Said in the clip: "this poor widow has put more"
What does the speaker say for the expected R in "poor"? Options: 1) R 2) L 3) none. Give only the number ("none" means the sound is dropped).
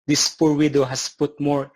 1